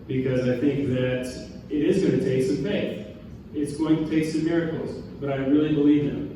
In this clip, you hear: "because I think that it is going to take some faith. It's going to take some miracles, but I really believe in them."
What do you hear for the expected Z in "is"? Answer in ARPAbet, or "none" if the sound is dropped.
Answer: Z